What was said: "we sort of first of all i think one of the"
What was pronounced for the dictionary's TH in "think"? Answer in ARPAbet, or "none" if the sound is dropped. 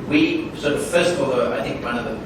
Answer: TH